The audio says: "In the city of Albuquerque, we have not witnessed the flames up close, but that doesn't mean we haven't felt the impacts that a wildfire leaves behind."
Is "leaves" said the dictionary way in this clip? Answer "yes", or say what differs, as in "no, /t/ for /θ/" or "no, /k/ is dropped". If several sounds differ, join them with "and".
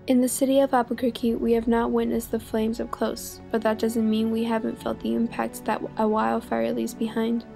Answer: no, /v/ is dropped